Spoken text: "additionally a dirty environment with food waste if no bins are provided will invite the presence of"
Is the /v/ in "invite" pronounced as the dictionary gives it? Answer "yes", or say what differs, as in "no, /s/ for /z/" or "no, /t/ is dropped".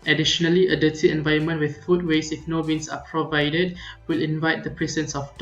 yes